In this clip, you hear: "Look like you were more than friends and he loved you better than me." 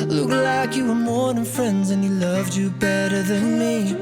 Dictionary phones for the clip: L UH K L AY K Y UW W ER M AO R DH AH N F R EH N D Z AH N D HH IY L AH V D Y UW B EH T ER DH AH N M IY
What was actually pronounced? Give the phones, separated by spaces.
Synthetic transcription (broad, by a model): L UH K L AY K Y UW W ER M AO R DH AH N F R EH N D Z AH N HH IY L AH V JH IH B EH T ER DH AH N M IY